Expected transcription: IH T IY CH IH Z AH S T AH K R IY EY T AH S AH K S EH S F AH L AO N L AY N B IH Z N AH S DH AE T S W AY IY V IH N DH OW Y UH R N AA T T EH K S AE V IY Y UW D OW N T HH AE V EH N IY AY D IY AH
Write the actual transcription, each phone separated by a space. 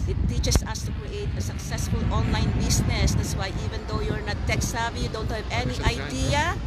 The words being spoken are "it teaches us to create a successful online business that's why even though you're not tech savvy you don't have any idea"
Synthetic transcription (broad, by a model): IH T IY CH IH S AH S T AH K R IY EY T AH S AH K S EH S F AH L AO N L AY N B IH S N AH S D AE T S W AY IY V IH N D OW Y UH R N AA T T EH K S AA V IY Y UW D OW N T HH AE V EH N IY AY D IY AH